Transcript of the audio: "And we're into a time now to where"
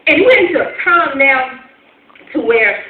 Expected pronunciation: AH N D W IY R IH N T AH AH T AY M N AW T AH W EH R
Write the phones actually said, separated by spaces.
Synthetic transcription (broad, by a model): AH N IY W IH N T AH AH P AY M N AW T AH W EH R